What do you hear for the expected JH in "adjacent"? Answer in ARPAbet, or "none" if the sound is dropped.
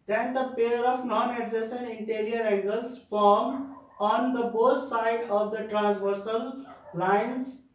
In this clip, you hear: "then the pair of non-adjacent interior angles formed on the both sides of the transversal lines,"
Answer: Z